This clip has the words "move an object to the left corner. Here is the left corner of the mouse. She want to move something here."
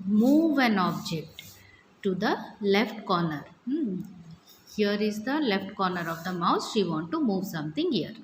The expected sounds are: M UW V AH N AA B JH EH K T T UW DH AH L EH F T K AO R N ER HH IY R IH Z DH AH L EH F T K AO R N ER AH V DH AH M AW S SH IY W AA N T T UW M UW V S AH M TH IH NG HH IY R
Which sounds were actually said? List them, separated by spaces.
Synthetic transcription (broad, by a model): M UW V AH N AA B JH EH K T T UW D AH L EH F T K AO R N ER HH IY R IH Z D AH L EH F T K AO R N ER AH V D AH M AW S SH IY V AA N T T UW M UW V S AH M T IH NG HH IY R